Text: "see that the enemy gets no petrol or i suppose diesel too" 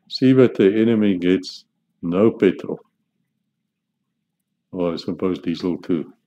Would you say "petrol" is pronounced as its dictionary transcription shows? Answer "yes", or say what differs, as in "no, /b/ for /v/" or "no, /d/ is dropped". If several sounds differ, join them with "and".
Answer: no, /ɹ/ is dropped